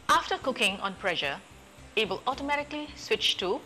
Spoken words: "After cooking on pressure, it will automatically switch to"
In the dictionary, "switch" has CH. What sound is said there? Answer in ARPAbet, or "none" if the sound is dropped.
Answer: CH